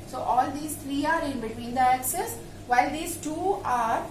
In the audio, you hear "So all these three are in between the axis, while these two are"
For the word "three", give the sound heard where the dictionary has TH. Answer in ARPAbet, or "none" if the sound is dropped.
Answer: T